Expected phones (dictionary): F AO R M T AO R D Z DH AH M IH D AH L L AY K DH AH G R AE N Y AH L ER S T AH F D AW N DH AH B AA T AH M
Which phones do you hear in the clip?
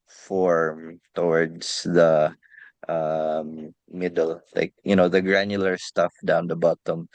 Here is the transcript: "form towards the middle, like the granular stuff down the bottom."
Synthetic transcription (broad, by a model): F AO R M T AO R D S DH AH M IH D AH L L AY K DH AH G R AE N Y L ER S T AH F D AW N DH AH B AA T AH M